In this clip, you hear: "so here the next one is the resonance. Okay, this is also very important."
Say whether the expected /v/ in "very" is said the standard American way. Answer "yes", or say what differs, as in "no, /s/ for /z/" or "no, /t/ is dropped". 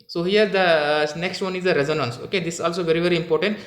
yes